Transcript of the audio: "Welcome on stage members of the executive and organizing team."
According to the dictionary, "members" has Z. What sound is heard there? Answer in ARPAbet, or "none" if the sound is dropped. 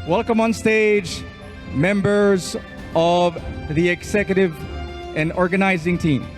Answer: Z